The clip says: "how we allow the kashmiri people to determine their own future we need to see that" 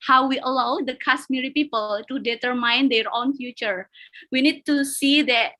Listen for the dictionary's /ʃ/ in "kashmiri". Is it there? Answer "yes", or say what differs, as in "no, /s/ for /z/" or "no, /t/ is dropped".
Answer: no, /s/ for /ʃ/